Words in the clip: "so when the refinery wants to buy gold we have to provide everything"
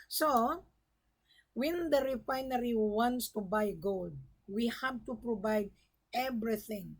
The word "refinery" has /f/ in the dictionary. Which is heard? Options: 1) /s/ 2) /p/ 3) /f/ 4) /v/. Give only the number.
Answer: 3